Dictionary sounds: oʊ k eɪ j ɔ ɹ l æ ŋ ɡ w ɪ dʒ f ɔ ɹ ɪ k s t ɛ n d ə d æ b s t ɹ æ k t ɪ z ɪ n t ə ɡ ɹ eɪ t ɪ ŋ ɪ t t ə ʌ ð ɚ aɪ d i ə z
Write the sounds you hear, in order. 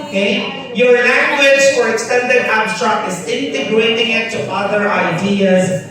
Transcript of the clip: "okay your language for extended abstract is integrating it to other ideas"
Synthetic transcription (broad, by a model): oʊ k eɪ j ɔ ɹ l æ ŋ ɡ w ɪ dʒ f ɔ ɹ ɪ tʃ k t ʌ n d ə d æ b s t ɑ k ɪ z ɪ n t ə ɡ ɹ eɪ t ɪ ŋ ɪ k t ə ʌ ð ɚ aɪ d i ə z